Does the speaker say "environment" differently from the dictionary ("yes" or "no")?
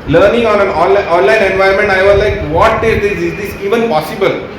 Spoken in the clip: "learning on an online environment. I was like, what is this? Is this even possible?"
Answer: yes